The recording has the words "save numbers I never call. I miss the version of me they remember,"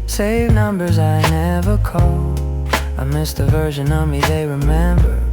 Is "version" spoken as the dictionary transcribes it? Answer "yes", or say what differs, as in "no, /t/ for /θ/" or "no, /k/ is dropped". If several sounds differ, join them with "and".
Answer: yes